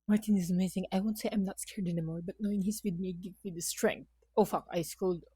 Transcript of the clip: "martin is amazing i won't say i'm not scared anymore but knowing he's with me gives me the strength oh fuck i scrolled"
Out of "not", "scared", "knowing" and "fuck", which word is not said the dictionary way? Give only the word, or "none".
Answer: none